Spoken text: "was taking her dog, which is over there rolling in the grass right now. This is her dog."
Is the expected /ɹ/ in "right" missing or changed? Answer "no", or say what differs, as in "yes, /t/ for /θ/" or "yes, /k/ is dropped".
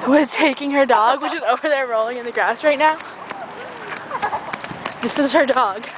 no